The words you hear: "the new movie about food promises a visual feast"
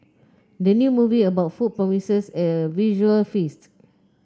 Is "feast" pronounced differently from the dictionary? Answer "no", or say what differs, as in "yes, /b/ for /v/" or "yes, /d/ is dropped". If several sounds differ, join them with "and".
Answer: no